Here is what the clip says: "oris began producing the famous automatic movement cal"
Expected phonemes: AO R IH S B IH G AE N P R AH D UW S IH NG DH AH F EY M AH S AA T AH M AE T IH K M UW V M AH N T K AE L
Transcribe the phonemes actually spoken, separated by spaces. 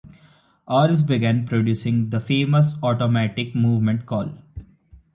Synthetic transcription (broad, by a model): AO R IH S B IH G AE N P R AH D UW S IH NG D AH F EY M AH S AA T AH M AE T IH K M UW V M AH N T K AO L